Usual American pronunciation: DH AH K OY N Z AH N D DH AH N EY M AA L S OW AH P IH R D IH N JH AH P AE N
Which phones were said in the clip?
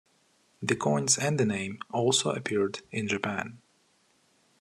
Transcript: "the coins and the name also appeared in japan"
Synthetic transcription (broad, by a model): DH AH K OY N Z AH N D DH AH N EY M AA L S OW AH P IH R D IH N JH AH P AE N